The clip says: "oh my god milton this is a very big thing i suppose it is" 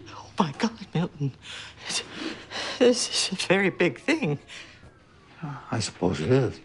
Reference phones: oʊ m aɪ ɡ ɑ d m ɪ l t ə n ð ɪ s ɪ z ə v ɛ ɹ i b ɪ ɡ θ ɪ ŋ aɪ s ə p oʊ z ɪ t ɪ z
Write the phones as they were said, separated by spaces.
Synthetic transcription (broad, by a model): oʊ m aɪ ɡ ɑ d m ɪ l t n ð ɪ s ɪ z ə v ɛ ɹ i b ɪ ɡ θ ɪ ŋ aɪ s ə p oʊ z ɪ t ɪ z